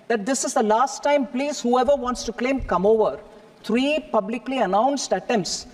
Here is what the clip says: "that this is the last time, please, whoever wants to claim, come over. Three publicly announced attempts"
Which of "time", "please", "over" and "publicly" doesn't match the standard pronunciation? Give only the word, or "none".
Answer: none